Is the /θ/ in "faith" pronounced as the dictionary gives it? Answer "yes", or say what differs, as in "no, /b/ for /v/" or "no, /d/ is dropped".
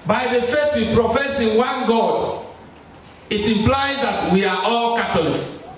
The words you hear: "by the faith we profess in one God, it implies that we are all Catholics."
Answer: no, /t/ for /θ/